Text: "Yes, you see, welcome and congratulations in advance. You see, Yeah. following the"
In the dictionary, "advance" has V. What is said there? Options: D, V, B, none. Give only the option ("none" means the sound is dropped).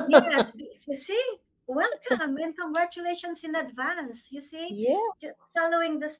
V